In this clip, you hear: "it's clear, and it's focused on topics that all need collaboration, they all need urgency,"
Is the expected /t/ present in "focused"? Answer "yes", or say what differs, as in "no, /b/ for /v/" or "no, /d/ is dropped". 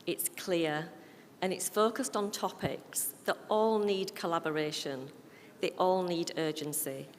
yes